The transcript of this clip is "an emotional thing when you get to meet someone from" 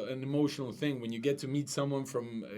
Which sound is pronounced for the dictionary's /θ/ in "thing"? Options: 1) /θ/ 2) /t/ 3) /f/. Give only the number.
1